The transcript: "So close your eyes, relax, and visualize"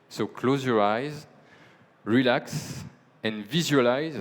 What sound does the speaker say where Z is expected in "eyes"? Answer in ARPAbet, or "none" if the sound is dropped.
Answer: Z